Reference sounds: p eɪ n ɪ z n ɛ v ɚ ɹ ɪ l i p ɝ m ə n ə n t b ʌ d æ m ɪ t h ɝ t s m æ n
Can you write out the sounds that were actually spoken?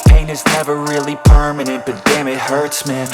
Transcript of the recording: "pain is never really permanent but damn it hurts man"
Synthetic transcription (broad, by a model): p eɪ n ɪ z n ɛ v ɚ ɹ ɪ l i p ɝ m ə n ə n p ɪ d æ m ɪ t h ɝ t s m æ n